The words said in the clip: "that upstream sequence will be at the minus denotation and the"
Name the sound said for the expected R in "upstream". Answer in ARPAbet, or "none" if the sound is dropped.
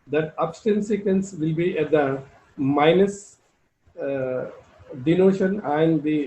none